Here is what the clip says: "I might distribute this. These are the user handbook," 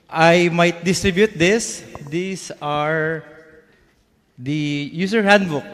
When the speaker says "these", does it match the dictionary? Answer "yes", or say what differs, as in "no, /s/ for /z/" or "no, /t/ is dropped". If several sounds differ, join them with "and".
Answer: no, /s/ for /z/